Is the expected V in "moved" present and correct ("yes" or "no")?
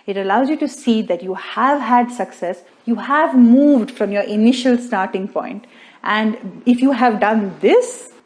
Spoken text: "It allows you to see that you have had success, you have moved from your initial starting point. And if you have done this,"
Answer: yes